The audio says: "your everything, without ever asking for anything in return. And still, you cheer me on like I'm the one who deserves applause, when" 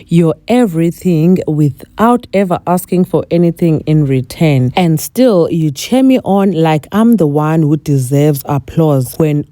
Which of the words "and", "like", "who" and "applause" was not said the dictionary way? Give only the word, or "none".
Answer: none